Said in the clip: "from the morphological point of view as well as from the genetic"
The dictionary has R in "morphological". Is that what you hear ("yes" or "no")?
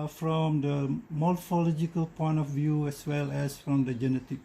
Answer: no